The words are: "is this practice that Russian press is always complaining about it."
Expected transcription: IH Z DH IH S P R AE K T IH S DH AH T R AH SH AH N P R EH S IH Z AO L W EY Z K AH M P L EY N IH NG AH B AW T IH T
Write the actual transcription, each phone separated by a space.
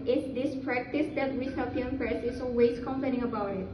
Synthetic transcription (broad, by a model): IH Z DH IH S P R AE K T IH S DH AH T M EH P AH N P R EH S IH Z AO W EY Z K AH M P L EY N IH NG AH B AW T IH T